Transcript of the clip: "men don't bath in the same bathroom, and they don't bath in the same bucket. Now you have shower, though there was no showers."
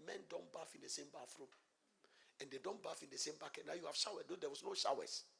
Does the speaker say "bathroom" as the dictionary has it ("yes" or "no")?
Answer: no